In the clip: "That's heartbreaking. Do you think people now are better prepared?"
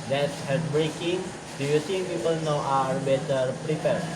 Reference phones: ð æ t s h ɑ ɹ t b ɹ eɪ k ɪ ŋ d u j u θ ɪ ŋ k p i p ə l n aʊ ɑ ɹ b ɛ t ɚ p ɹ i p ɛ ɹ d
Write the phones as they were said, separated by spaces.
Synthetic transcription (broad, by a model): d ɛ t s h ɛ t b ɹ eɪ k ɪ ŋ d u j u s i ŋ p i p ə l n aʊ ɑ ɹ b ɛ t ɚ p ɹ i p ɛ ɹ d